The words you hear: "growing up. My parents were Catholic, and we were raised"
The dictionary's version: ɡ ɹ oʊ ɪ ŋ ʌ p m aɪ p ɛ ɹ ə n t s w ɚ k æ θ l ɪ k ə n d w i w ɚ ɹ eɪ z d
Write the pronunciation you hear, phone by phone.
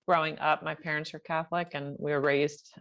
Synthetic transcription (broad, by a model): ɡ ɹ oʊ ɪ ŋ ʌ p m aɪ p ɛ ɹ ə n t s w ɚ k æ θ l ɪ k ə n w i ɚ ɹ eɪ z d